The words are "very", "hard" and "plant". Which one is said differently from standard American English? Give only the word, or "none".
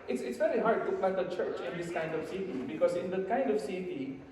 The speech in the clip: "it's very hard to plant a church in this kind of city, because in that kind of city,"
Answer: plant